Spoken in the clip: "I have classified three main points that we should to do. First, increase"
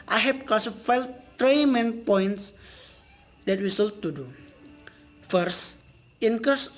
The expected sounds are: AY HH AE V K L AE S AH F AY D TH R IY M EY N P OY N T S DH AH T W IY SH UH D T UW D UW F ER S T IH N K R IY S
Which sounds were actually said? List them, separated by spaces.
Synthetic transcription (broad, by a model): AY HH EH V K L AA S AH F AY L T R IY M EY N P OY N T S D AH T W IY S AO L T UW D UW F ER S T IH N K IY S